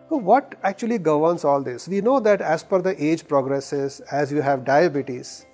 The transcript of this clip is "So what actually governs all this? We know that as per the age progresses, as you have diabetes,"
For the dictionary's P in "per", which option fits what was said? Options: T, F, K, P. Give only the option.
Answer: F